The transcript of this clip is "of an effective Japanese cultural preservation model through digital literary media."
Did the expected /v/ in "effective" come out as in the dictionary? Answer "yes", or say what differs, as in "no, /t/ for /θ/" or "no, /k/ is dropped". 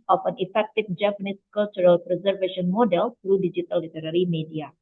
no, /f/ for /v/